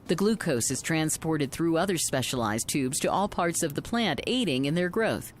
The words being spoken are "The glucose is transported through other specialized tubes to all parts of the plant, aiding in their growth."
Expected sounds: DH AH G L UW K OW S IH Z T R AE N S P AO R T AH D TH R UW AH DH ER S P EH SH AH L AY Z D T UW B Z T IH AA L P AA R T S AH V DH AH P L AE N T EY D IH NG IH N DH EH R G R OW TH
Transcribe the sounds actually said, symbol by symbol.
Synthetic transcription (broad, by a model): DH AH G L UW K OW S IH Z T R AE N S P AO R T AH D TH R UW AH DH ER S P EH SH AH L AY Z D T UW B Z T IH AA L P AA R T S AH V DH AH P L AE N T EY D IH NG IH N DH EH R G R OW TH